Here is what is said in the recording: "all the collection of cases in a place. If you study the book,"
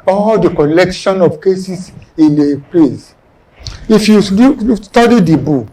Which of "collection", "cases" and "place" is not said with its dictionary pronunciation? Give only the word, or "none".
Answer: cases